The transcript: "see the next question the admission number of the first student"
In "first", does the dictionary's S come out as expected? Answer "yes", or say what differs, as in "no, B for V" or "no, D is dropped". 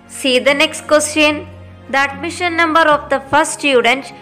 no, S is dropped